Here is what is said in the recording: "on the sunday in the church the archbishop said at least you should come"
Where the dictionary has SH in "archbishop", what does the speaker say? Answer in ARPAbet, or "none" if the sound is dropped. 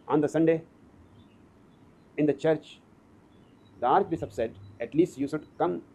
S